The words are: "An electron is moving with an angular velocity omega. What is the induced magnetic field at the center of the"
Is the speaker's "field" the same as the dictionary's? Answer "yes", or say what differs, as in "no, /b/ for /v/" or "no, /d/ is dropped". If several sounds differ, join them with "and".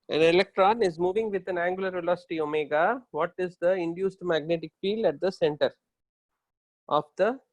yes